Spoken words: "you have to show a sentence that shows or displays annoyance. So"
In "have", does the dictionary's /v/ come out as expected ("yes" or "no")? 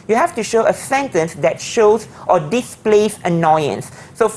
no